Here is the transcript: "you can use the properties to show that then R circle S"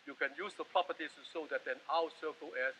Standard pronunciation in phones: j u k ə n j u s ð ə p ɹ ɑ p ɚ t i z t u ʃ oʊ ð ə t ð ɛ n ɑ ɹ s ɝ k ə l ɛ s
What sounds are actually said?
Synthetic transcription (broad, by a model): j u k ə n j u s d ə p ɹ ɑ p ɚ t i s t u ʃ oʊ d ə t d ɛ n ɑ w s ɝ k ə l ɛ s